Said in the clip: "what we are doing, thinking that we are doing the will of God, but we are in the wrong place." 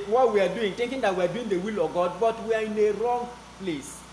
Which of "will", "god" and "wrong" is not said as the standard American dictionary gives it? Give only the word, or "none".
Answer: none